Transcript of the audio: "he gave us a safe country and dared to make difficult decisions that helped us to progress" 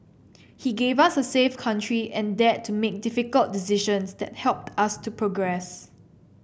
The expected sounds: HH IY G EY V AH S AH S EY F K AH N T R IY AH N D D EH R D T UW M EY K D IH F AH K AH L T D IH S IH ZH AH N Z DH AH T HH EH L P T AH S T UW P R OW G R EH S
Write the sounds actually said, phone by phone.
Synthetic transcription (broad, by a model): HH IY G EY V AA S AH S EY F K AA N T R IY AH N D D EH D T UW M EY K D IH F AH K AH L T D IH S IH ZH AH N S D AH T HH EH L P T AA S T UW P R OW G R EH S